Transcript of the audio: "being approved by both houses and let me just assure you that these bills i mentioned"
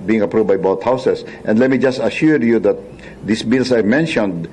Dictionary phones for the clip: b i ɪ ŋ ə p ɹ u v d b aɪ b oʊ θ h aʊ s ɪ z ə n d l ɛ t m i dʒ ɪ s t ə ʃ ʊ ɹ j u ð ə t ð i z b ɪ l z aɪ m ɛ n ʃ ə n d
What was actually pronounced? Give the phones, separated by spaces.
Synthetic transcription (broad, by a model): b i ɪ ŋ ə p ɹ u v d b aɪ b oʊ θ h aʊ s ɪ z ə n d l ɛ t m i dʒ ɪ s t ə ʃ ʊ ɹ j u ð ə t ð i s b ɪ l s aɪ m ɛ n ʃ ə n d